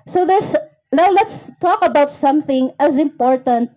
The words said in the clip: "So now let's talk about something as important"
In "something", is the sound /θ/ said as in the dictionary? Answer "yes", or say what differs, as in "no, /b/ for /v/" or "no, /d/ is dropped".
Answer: yes